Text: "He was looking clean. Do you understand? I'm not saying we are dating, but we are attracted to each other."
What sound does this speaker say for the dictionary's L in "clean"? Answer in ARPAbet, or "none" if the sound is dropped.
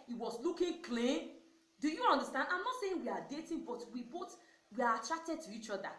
L